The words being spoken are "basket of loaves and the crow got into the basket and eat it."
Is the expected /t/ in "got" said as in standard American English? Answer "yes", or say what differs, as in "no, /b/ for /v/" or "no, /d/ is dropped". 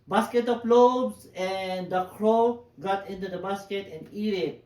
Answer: yes